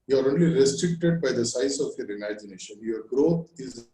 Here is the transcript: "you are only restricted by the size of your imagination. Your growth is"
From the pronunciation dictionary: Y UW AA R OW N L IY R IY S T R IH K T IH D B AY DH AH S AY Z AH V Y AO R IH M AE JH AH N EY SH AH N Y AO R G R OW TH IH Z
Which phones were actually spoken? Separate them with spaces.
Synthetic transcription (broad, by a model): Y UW AA R OW N L IY R IY S T R IH K T IH D B AY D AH S AY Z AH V Y AO R IH M AE JH AH N EY SH AH N Y AO R G R OW T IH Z